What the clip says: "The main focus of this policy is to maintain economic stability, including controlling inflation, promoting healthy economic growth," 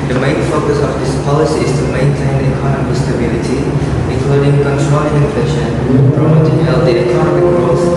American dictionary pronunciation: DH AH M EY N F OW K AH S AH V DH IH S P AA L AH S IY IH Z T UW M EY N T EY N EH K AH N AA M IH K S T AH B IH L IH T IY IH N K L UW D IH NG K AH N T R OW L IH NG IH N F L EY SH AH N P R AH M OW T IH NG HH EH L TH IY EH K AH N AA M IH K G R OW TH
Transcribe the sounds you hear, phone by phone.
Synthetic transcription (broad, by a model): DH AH M EY N F OW K AH S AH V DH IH S P AA L AH S IY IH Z T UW M EY N T EY N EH K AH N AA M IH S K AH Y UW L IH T IY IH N K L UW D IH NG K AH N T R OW IH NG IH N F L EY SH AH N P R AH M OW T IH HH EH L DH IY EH K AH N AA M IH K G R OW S